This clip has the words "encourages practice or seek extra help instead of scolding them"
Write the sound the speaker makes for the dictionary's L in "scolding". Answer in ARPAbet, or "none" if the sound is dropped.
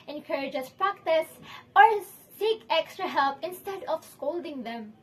L